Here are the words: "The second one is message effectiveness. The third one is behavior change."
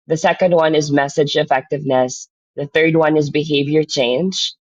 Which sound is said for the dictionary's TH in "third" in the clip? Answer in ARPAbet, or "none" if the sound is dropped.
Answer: TH